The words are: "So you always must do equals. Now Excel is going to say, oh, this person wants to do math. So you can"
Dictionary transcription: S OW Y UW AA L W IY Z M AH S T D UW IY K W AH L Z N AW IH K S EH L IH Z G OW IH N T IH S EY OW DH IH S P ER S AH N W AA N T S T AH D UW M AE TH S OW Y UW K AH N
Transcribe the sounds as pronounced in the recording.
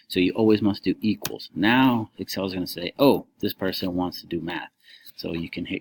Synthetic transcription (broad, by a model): S OW Y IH AA L W IY Z M AH S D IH IY K W AH L Z N AW IH K S EH L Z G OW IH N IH S EY OW DH IH S P ER S AH N W AA N T S T AH D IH M AE TH S OW Y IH K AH N